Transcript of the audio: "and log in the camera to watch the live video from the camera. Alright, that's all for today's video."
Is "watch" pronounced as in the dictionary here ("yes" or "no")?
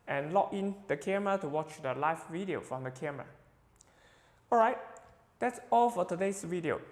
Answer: yes